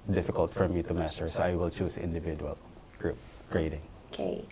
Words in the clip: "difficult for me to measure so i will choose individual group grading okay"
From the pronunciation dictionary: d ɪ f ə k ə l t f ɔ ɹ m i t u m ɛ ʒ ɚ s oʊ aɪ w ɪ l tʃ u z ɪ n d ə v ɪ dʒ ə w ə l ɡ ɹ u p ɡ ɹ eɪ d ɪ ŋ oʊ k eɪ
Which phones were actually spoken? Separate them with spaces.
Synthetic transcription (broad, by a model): d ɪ f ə k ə l t f ɔ ɹ m i t u m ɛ s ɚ s oʊ aɪ w ɪ l tʃ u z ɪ n d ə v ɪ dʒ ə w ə l ɡ ɹ u p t ɹ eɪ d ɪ ŋ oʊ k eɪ